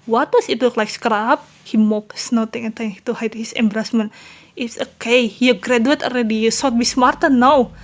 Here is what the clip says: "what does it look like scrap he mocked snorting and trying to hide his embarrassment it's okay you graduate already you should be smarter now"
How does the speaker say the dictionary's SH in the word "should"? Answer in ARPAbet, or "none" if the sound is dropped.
S